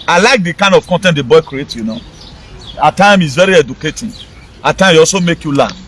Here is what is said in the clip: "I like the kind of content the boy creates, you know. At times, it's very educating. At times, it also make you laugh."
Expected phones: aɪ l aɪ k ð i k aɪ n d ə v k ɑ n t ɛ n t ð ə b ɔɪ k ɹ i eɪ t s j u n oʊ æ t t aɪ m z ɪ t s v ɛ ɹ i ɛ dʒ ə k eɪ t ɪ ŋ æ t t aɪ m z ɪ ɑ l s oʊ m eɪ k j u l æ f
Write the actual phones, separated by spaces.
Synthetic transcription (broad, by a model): aɪ l aɪ k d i k aɪ n d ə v k ɑ n t ɛ n t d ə b ɔɪ k ɹ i eɪ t j u n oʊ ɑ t t aɪ m ɪ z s v ɛ ɹ i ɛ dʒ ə k eɪ t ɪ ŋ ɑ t t aɪ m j ɪ ɑ l s oʊ m eɪ k j u l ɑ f